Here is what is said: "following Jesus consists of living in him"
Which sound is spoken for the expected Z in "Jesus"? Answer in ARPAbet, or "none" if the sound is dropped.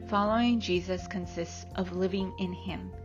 Z